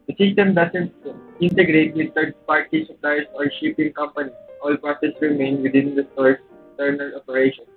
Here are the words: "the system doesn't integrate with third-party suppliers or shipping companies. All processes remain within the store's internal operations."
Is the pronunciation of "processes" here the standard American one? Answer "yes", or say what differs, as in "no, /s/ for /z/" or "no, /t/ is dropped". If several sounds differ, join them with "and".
no, /ɹ/ is dropped